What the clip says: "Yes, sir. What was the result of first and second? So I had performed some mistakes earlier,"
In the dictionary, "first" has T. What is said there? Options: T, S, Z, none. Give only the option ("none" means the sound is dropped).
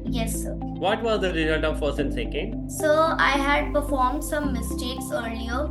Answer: none